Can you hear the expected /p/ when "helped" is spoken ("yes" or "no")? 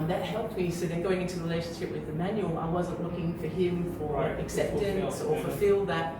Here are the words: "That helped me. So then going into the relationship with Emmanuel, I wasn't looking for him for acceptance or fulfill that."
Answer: yes